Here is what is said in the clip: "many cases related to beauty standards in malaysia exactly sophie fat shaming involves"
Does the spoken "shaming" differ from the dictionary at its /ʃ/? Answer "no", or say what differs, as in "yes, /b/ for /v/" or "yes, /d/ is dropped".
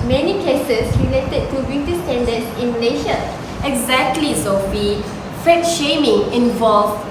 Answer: no